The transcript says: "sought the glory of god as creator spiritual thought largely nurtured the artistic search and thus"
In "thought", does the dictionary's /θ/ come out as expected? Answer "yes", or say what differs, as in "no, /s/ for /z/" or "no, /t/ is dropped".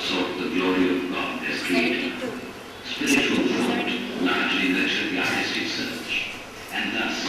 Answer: no, /f/ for /θ/